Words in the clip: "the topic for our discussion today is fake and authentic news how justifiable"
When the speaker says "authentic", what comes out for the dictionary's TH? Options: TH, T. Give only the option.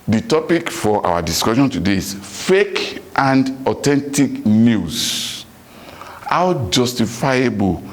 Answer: T